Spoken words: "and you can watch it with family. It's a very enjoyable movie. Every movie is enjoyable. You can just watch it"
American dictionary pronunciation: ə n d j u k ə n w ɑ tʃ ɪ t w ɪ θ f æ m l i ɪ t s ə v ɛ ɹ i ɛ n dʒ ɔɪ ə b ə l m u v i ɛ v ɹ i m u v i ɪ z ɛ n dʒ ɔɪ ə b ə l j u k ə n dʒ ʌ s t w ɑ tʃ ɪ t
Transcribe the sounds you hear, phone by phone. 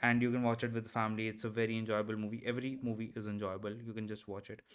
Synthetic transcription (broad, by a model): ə n d j u k ə n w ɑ tʃ ɪ t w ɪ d f æ m l i ɪ t s ə v ɛ ɹ i ɛ n dʒ ɔɪ ə b ə l m u v i ɛ v ɹ i m u v i ɪ z ɛ n dʒ ɔɪ ə b ə l j u k ə n dʒ ʌ s t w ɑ tʃ ɪ t